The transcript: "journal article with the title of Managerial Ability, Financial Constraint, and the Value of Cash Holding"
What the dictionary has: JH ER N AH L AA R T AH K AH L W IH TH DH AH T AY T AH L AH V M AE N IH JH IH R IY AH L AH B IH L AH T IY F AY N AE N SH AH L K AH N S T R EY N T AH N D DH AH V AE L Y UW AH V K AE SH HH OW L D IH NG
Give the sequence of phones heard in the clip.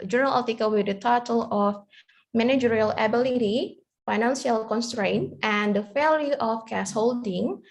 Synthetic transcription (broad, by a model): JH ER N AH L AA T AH K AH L W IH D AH T AY T AH L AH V M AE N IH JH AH R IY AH L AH B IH L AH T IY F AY N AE N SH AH L K AH N S T R EY N T AH N D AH F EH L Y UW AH F K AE S HH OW L D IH NG